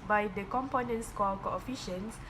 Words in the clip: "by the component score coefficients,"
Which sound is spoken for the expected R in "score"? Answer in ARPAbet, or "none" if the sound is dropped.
L